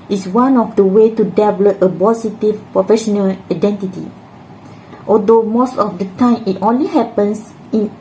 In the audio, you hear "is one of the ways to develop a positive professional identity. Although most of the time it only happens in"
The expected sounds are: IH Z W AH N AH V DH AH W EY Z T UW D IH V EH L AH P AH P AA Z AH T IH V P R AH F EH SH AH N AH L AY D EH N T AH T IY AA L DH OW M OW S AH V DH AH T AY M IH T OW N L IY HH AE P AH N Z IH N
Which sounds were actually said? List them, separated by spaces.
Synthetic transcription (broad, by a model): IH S W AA N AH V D AH W EY T UW D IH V L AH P AH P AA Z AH T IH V P R AH F EH SH AH N AH L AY D EH N T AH T IY AA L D OW M OW S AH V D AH T AY M IH T OW N L IY HH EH P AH N S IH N